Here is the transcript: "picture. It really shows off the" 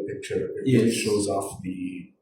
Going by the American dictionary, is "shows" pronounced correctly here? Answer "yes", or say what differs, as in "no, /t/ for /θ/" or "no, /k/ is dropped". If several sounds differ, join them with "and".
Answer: yes